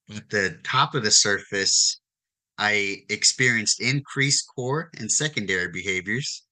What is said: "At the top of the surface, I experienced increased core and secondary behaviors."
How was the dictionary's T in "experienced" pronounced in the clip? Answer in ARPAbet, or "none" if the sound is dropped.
T